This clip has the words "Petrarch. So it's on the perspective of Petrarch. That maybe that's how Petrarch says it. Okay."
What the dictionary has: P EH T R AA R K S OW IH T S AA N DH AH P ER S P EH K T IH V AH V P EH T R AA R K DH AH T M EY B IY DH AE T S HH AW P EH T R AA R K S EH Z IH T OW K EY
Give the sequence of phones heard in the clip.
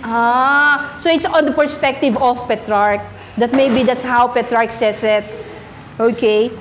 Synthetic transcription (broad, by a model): T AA S OW IH T S AA N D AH P ER S P EH K T IH V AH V P EH T R AA R K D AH T M EY B IY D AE T S HH AW P EH T R AA R K S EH S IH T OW K EY